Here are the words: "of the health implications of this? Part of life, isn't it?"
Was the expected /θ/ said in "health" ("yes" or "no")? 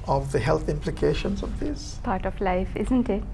no